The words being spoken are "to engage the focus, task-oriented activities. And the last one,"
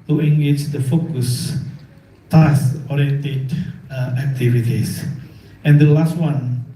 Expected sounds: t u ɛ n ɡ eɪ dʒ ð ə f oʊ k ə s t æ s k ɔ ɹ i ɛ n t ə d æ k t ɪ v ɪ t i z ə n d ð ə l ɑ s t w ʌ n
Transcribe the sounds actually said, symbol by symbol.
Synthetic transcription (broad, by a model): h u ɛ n ɡ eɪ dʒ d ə f oʊ k ə s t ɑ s ɔ ɹ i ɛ n t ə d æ k t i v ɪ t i s ə n d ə l ɑ s t w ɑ n